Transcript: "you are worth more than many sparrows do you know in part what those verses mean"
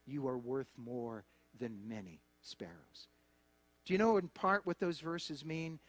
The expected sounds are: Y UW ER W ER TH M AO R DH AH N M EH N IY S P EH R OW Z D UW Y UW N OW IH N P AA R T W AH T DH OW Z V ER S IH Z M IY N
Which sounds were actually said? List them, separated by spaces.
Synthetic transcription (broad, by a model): Y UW ER W ER TH M AO R DH AH N M EH N IY S P EH R OW Z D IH Y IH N OW IH N P AA R T W AH T DH OW Z V ER S IH Z M IY N